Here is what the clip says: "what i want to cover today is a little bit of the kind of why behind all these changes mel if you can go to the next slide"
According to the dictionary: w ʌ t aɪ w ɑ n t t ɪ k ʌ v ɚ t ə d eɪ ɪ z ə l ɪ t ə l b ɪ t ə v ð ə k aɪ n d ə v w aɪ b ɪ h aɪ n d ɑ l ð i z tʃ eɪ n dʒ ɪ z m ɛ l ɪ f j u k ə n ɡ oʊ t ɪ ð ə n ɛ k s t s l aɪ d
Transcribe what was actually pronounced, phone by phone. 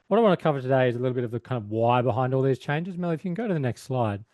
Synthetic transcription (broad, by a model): w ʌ t aɪ w ɑ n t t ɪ k ʌ v ɚ t ə d eɪ ɪ z ə l ɪ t l b ɪ t ə v ð ə k aɪ n d ə v w aɪ b ɪ h aɪ n d ɑ l ð i z tʃ eɪ n dʒ ɪ z m ɛ l ɪ f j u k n ɡ oʊ t ɪ ð ə n ɛ k s t s l aɪ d